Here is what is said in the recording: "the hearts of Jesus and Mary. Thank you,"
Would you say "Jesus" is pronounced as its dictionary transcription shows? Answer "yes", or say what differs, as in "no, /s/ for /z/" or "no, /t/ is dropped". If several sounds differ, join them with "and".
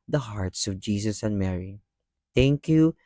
no, /s/ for /z/